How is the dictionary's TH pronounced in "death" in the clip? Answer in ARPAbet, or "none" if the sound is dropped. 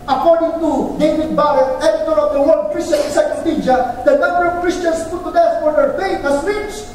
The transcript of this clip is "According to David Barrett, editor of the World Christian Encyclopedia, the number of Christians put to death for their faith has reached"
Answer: S